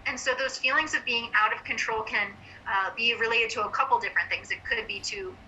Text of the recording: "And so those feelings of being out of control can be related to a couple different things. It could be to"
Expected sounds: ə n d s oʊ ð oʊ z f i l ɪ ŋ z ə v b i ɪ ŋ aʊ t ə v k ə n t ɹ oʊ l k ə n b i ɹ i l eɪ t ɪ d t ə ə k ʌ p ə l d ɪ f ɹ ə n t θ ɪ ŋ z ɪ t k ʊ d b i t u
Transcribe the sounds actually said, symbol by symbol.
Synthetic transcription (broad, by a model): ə n s oʊ ð oʊ z f i l ɪ ŋ z ə v b i ɪ ŋ aʊ t ə v k ə n t ɹ oʊ l k ə n b i ɹ i l eɪ t ɪ d t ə ə k ʌ p l d ɪ f ɹ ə n θ ɪ ŋ z ɪ t k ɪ d b i t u